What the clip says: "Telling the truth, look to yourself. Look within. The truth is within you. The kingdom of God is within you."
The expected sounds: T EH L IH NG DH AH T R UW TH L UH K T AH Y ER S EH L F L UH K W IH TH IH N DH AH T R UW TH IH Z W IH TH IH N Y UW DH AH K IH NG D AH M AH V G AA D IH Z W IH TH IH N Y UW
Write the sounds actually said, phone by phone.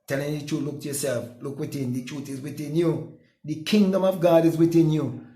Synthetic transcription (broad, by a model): T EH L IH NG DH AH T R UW L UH K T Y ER S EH L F L UH K W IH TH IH N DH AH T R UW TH IH Z W IH TH IH N Y UW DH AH K IH NG D AH M AH V G AA D IH Z W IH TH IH N Y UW